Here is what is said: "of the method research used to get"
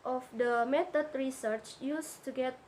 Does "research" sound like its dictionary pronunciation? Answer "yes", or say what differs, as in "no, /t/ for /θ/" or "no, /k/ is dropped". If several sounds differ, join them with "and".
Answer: yes